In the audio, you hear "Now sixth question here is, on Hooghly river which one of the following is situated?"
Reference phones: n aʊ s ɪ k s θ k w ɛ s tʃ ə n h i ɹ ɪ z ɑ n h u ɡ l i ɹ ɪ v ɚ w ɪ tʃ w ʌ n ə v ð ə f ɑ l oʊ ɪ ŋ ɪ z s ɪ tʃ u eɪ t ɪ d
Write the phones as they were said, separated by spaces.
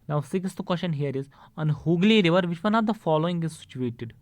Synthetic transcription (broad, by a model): n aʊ s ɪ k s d k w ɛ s ʃ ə n h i ɹ ɪ z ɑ n h u ɡ l i ɹ ɪ v ɚ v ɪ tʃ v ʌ n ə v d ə f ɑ l oʊ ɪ ŋ ɪ z s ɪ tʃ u eɪ t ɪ d